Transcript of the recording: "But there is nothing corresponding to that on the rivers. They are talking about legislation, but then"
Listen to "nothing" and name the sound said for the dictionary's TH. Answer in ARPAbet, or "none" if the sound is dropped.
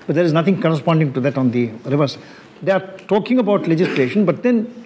T